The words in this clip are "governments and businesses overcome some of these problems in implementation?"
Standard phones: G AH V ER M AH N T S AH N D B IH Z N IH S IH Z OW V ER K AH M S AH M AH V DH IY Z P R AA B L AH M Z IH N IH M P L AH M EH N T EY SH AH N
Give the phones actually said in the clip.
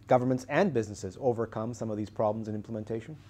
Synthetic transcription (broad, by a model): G AH V ER M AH N T S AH N B IH Z N IH S IH Z OW V ER K AH M S AH M AH V DH IY Z P R AA B L AH M Z IH N IH M P L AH M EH N T EY SH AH N